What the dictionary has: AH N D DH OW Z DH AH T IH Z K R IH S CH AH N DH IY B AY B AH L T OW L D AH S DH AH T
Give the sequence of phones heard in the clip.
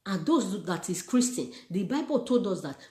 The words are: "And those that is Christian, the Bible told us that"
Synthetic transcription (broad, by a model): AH N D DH OW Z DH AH T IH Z K R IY S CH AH N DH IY B AY B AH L T OW L D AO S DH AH T